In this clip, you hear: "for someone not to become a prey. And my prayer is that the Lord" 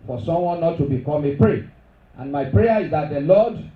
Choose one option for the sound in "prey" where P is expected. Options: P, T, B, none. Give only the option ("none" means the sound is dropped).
P